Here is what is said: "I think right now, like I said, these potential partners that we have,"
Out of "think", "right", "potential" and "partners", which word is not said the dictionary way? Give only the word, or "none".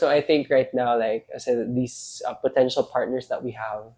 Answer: partners